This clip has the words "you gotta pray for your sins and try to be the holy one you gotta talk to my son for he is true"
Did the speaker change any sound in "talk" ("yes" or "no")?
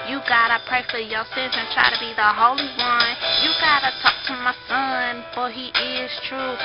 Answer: no